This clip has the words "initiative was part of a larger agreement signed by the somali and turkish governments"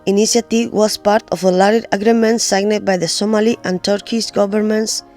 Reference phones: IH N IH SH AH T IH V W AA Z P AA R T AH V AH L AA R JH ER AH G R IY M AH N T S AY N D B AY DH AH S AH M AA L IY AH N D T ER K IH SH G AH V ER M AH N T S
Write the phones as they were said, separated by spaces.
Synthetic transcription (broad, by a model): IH N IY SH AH T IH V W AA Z P AA R T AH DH AH L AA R ER AH G R IY M AH N T S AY N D B AY DH AH S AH M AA L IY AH N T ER K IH S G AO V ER M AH N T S